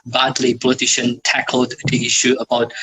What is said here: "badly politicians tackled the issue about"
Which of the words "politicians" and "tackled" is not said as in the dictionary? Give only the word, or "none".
politicians